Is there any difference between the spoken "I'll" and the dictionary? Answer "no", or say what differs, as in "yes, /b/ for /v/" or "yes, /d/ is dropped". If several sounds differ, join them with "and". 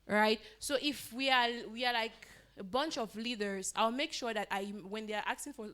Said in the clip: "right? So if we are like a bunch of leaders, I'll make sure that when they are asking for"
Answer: no